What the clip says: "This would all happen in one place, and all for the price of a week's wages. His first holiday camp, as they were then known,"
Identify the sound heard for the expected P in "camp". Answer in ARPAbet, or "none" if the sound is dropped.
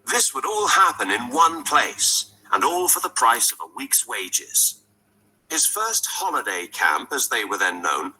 P